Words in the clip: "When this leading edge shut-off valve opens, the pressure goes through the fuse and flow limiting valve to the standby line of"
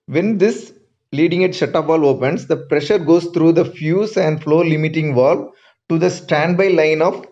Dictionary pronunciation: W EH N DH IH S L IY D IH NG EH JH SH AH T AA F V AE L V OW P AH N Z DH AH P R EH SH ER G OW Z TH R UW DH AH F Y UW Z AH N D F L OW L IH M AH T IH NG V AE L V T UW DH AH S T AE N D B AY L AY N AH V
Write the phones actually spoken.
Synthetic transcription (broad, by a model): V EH N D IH S L IY D IH NG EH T SH AH T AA P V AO L OW P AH N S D AH P R EH SH ER G OW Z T R UW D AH F Y UW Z AH N D F L OW L IH M AH T IH NG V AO L T UW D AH S T AE N D B AY L AY N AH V